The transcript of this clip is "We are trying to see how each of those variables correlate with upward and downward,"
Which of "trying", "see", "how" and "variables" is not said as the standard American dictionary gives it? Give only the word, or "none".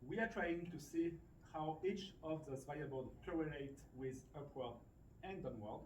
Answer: variables